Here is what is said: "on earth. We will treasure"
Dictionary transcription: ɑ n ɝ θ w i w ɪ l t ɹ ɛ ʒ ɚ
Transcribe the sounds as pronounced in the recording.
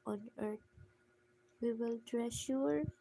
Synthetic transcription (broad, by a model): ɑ n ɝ t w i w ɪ l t ɹ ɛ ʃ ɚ